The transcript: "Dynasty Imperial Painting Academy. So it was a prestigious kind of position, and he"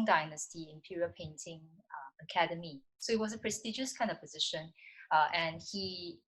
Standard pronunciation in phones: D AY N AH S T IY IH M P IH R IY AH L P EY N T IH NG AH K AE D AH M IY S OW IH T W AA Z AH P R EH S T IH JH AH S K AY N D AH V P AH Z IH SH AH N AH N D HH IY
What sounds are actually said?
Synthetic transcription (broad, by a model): D AY N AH S T IY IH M P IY R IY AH P EY N T IH NG AH K AE D AH M IY S OW IH T W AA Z AH P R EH S T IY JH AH S K AY N D AH V P AH Z IH SH AH N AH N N HH IY